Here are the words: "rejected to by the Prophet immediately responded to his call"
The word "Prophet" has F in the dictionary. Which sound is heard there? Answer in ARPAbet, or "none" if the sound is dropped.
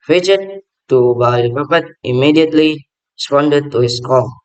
P